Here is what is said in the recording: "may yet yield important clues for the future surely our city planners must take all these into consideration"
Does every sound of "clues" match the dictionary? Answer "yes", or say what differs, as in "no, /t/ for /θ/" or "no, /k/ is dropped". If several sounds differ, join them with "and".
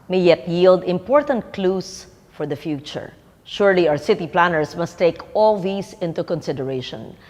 no, /s/ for /z/